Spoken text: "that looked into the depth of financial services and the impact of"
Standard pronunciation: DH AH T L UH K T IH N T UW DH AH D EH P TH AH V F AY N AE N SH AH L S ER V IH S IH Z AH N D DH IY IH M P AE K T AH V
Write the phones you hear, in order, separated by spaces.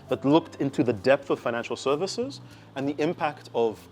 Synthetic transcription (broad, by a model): DH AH T L UH K T IH N T UW DH AH D EH P TH AH V F AY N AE N SH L S ER V IH S IH Z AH N DH IY IH M P AE K T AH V